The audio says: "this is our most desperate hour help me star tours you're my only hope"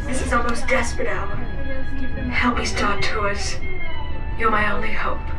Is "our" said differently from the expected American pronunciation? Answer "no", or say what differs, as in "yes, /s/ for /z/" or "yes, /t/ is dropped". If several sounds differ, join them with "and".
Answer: yes, /l/ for /ɹ/